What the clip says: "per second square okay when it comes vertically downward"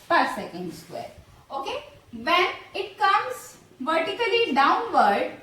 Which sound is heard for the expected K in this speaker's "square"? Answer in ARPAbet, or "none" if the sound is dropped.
K